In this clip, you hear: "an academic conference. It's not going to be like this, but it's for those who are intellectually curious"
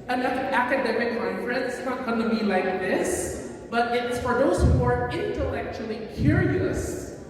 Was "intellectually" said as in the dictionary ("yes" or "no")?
yes